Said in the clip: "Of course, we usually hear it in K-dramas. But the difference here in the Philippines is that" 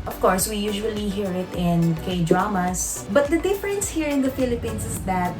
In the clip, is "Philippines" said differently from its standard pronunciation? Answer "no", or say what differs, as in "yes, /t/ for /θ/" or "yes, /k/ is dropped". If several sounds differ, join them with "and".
yes, /s/ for /z/